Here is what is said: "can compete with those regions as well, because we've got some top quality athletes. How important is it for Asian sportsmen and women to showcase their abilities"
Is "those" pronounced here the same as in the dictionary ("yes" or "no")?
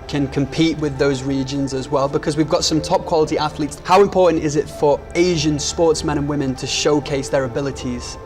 yes